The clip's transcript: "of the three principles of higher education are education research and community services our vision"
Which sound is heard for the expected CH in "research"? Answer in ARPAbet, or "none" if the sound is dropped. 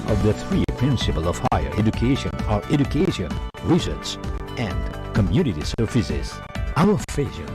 S